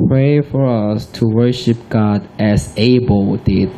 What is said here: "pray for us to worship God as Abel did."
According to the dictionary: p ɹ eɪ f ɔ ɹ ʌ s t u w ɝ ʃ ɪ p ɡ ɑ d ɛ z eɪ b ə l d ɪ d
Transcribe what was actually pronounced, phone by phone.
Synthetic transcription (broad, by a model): p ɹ eɪ f ɔ ɹ ʌ s t u w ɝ ʃ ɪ p ɡ ɑ d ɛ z eɪ b ə l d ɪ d